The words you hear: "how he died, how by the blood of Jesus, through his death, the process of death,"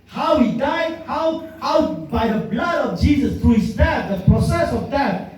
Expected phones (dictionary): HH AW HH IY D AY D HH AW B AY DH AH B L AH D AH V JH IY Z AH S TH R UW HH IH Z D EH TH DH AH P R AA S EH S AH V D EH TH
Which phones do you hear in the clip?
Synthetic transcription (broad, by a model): HH AW HH IY D AY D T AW B AY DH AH B L AH D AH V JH IY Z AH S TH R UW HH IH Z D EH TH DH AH P R AA S EH S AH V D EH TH